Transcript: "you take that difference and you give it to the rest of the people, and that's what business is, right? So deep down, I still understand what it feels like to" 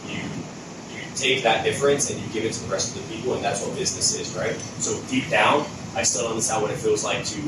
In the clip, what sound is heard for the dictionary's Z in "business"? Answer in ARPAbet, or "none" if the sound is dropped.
Z